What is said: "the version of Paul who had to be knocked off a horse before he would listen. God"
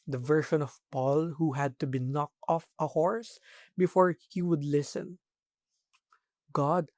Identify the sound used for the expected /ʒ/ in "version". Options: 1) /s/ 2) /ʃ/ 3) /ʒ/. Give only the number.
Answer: 2